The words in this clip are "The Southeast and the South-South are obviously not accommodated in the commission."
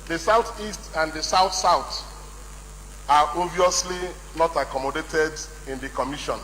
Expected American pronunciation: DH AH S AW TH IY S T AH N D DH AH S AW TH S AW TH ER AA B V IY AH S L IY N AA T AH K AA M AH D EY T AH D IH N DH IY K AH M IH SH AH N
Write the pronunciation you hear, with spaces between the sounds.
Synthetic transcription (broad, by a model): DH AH S AW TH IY S T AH N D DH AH S AW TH S AW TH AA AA V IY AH S L IY N AA T AH K AA M AH D EY T AH D IH N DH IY K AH M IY SH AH N